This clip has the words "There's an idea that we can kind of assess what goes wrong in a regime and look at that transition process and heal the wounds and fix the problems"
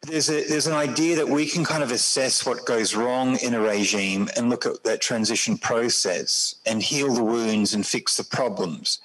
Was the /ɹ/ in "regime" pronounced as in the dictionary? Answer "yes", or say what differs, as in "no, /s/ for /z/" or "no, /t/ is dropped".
yes